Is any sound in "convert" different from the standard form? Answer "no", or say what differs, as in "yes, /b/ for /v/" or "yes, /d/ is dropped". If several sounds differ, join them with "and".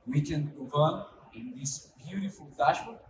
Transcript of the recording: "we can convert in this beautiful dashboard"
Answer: yes, /n/ is dropped